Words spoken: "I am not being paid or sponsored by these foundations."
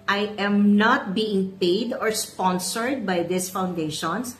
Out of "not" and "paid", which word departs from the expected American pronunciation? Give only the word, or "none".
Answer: none